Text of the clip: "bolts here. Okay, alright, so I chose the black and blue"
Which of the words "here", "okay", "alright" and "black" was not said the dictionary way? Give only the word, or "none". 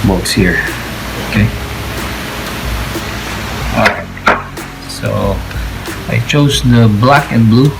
alright